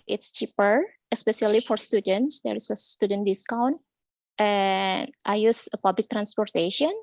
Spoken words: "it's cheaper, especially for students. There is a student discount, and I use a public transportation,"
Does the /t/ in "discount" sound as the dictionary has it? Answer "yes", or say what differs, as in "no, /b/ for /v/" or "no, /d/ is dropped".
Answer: yes